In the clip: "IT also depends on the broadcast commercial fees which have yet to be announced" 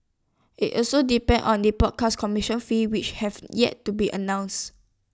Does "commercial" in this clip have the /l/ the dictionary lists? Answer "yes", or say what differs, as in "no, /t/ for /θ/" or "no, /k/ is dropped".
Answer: no, /n/ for /l/